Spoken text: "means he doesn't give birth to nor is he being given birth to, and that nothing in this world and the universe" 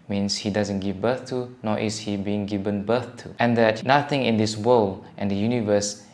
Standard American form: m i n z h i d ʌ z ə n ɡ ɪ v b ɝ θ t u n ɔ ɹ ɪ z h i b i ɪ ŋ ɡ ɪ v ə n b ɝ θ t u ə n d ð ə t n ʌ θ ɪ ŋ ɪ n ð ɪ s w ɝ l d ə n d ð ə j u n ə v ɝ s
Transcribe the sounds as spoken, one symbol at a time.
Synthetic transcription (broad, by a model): m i n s h i d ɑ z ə n ɡ ɪ v b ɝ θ t u n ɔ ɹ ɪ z h i b i ɪ ŋ ɡ ɪ v ə n b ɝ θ t u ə n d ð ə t n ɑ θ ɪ ŋ ɪ n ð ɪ s w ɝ l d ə n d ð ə j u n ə v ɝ s